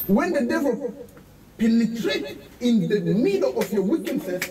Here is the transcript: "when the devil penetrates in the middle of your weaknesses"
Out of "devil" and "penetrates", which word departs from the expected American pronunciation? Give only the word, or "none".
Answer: penetrates